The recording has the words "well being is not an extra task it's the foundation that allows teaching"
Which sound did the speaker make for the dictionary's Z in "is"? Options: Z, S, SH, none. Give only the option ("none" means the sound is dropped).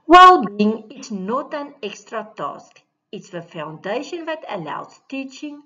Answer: S